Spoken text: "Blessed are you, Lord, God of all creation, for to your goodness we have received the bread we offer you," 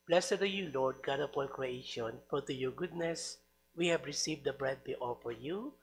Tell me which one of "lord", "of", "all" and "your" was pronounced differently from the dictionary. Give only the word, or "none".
of